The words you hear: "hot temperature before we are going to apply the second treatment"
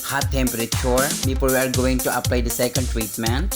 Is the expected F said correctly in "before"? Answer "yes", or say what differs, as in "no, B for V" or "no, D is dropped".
no, P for F